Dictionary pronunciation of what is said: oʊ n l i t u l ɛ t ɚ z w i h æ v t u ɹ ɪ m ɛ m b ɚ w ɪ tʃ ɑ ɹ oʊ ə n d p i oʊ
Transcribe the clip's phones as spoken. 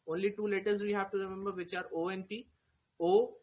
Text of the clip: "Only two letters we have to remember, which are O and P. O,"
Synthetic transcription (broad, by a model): oʊ n l i t u l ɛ t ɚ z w i h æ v t u ɹ ɪ m ɛ m b ɚ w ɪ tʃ ɑ ɹ oʊ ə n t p i oʊ